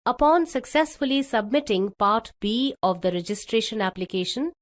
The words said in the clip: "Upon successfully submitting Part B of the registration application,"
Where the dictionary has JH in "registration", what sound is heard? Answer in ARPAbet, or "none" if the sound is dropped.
JH